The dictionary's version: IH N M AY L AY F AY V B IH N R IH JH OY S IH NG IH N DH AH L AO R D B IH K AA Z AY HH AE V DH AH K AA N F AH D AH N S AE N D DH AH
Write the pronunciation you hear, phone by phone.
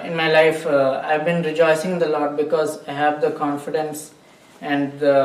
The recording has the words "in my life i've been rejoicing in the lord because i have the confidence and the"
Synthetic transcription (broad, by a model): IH N M AY L AY F AY V B IH N R IH JH OY S IH NG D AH L AO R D B IH K AA Z AY HH AE V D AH K AA N F AH D AH N S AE N D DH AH